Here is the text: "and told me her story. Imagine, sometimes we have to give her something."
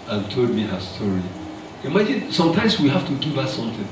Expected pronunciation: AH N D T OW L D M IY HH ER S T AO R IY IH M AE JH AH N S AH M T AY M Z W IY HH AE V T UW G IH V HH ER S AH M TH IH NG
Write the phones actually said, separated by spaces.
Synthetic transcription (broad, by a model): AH N T OW L D M IY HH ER S T AO R IY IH M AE JH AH N S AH M T AY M S W IY HH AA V T UW G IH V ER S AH M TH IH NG